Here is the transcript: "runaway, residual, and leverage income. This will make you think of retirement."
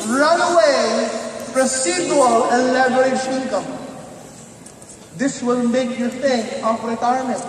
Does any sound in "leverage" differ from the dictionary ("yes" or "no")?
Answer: yes